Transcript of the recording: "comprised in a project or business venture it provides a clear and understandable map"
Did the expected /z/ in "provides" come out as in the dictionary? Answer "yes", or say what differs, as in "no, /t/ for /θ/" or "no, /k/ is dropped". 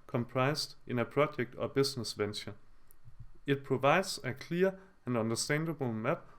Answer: no, /s/ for /z/